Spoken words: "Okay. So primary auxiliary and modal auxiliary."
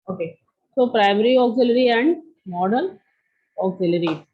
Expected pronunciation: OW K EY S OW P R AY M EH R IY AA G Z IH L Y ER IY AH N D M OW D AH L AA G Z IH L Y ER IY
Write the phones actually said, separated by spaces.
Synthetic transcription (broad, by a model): OW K EY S OW P R AY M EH R IY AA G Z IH L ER IY AH N D M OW D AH N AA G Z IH L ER IY